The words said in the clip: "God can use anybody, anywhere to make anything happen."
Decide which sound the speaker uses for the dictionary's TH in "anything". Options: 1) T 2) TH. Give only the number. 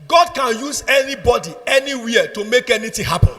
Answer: 1